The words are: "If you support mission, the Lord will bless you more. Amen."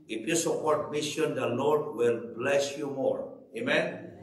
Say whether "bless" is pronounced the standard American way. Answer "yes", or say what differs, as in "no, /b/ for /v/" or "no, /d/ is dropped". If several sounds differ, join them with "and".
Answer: yes